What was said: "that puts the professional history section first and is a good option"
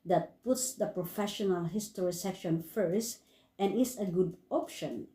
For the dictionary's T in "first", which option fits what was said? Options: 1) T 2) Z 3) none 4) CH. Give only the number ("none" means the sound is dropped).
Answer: 1